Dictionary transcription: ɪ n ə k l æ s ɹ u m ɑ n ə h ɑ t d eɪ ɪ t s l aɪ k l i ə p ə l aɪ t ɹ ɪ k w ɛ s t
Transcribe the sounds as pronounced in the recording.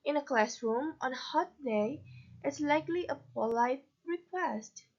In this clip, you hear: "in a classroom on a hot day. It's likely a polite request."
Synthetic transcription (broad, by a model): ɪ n ə k l æ s ɹ u m ɑ n h ɑ t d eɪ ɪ t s l aɪ k l i ə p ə l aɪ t ɹ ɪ k w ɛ s t